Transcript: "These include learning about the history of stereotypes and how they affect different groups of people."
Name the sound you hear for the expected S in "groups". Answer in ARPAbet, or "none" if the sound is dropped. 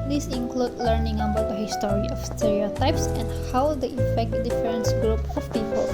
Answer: none